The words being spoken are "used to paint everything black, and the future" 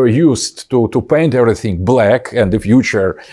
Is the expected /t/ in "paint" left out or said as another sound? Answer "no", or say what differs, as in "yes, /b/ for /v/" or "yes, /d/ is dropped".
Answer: no